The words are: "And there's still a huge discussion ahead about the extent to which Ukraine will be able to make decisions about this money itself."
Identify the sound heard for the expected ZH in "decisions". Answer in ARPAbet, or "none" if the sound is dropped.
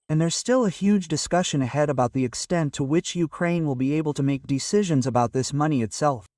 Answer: ZH